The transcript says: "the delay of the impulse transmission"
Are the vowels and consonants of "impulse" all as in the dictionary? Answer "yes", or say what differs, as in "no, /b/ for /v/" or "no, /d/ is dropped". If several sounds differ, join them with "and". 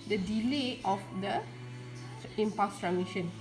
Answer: no, /l/ is dropped